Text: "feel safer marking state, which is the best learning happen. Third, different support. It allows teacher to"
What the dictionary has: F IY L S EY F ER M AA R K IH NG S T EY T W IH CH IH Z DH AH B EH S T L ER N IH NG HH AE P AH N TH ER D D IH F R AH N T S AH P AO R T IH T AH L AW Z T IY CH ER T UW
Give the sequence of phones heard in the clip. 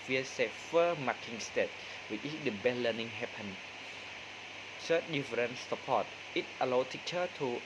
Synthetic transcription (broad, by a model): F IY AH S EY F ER M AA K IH NG S T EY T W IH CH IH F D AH B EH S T L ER N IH NG HH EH P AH N S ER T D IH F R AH N S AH P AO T IH T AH L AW T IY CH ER T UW